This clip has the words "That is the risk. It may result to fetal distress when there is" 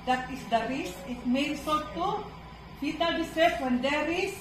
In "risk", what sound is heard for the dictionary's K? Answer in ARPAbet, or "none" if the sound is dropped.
none